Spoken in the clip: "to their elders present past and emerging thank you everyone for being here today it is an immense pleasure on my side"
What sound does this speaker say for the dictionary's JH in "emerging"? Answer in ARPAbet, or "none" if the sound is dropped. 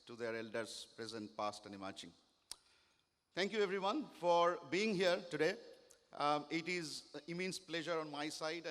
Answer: CH